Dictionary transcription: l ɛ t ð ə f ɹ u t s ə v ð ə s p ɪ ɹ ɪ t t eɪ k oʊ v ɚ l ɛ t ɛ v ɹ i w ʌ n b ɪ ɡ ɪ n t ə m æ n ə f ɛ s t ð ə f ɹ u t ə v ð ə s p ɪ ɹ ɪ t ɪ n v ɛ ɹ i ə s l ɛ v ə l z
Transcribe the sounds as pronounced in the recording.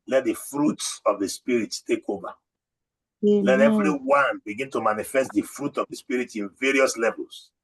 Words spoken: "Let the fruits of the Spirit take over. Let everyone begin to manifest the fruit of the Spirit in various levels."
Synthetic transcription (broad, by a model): l ɛ t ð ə f ɹ u t s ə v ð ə s p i ɹ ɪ t t eɪ k oʊ v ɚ l ɛ t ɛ v ɹ i w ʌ n b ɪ ɡ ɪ n t ə m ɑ n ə f ɛ s t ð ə f ɹ u t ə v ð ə s p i ɹ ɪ t ɪ n v ɛ ɹ i ə s l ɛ v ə l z